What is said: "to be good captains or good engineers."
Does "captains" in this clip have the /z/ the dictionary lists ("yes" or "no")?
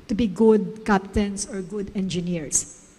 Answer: no